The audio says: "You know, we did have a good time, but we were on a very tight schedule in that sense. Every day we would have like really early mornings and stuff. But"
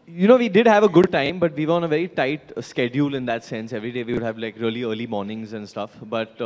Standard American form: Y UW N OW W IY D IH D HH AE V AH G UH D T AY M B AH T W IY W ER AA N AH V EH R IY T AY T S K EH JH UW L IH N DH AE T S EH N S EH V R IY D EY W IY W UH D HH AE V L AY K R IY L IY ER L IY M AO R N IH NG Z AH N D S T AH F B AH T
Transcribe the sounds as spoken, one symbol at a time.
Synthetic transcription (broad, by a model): Y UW N OW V IY D IH D HH AE V AH G UH D T AY M B AH T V IY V ER AA N AH V EH R IY T AY T S K EH JH UW L IH N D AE T S EH N S EH V R IY D EY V IY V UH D HH AE V L AY K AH L IY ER L IY M AO R N IH NG Z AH N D S T AH F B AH T